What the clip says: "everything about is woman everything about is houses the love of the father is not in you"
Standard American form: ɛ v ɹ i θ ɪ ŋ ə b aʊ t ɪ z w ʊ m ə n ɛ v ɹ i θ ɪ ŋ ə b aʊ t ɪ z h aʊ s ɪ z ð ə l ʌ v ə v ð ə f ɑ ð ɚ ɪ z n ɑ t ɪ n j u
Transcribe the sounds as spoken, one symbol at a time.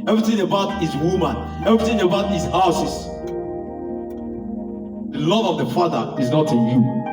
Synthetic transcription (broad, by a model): ɛ v ɹ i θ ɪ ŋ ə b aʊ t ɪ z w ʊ m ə n ɛ v ɹ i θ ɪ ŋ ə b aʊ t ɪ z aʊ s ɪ s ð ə l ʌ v ə v ð ə f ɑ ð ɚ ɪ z n ɑ t ɪ n j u